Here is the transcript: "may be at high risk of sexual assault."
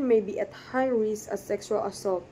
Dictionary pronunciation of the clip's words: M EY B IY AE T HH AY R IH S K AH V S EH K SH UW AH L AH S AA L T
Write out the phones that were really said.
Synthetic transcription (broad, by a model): M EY B IY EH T HH AY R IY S AH S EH K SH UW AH L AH S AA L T